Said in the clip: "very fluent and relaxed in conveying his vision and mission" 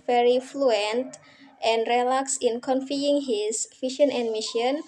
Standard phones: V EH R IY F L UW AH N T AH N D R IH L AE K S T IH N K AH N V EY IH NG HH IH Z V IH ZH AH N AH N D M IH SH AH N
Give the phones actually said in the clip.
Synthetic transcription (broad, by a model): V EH R IY F L UW AH N T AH N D R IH L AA K S IH N K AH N F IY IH NG HH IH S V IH SH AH N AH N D M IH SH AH N